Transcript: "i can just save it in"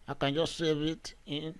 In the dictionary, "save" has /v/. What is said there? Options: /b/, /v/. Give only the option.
/b/